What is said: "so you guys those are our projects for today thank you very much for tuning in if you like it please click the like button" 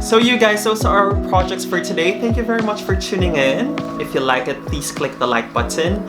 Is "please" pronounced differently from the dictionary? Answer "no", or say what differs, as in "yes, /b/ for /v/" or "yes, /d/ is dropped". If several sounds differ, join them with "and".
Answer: yes, /s/ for /z/